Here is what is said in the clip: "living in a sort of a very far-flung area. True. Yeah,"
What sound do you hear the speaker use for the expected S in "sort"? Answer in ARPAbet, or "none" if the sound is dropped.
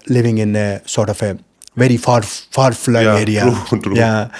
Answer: S